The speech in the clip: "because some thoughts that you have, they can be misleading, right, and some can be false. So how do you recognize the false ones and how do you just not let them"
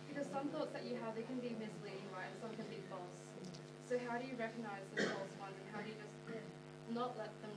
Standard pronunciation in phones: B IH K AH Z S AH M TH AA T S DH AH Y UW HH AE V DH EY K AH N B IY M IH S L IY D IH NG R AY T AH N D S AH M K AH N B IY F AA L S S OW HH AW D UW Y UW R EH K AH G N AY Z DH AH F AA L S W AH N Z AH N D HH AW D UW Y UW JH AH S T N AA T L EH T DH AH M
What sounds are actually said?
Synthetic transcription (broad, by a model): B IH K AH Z S AH M TH AA T S DH AH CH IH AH V DH EY K AH N B IY M IH S L IY D IH NG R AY AH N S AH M K AH N B IY F AA L S S OW HH AW D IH Y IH R EH K AH G N AY Z DH AH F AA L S W AH N Z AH N HH AW D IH Y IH JH AH S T N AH T L EH T DH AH M